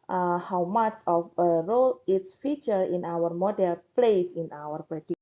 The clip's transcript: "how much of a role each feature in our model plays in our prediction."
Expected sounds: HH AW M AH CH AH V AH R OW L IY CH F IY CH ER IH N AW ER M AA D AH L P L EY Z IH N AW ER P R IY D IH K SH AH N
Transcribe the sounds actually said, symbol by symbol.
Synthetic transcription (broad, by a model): HH AW M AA CH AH F AH R OW L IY S F IY CH ER IH N AW ER M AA D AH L P L EY S IH N AW ER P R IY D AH